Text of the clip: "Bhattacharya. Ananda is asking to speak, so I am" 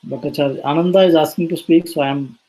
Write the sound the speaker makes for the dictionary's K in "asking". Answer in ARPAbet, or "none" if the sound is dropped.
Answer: none